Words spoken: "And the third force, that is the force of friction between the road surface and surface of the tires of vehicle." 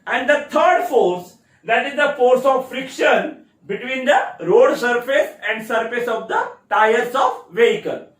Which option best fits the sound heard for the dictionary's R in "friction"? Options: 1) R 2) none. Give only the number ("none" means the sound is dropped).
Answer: 1